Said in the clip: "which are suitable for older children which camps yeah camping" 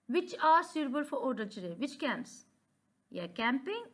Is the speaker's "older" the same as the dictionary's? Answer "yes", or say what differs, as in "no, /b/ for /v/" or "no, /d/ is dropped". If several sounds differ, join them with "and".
no, /l/ is dropped